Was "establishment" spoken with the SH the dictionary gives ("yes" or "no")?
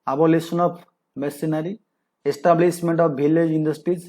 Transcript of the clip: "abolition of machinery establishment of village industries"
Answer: no